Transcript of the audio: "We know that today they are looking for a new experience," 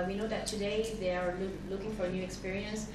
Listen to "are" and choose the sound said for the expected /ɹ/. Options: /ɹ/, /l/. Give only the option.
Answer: /l/